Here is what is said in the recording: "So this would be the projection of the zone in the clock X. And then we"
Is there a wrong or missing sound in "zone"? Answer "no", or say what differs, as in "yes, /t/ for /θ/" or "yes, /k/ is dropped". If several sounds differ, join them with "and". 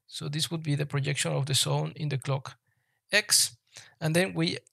yes, /s/ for /z/